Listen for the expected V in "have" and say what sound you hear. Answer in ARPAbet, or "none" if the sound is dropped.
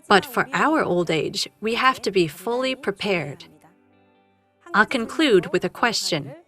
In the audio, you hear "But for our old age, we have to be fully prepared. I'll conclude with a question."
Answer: F